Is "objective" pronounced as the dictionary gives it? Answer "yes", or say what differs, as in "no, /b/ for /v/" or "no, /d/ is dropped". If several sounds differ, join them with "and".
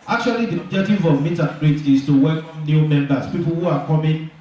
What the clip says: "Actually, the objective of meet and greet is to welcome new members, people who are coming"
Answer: yes